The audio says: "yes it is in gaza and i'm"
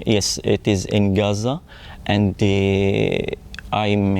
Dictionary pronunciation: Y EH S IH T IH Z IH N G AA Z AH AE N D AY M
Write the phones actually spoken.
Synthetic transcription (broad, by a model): Y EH S IH T IH Z IH N G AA Z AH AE N D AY M